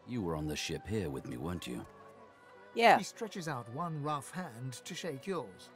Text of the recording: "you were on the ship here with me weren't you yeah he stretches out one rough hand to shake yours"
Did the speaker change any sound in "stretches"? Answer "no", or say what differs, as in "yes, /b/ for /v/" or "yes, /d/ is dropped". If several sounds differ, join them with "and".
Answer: no